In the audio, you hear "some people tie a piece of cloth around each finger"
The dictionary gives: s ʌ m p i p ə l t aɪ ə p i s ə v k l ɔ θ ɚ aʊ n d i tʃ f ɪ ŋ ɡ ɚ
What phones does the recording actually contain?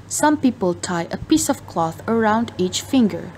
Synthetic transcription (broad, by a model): s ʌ m p i p ə l t aɪ ə p i s ə v k l ɔ θ ɚ aʊ n d i tʃ f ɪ ŋ ɡ ɚ